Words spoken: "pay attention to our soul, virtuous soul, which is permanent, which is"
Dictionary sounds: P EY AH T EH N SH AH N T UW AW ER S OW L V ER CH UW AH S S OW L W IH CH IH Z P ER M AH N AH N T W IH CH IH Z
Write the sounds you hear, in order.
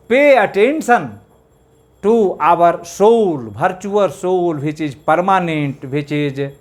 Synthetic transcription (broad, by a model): P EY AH T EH N S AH N T UW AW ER S OW L B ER CH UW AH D S OW L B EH CH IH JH P ER M AH N AH N T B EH CH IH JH